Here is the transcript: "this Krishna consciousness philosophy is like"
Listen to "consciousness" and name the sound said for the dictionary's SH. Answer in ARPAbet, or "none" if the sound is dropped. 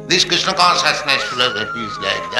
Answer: S